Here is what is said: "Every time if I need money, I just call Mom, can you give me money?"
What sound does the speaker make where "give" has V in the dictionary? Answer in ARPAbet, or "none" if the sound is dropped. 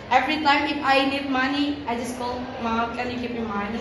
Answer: P